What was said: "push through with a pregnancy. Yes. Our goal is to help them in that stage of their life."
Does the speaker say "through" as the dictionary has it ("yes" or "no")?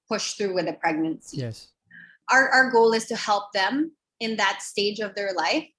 yes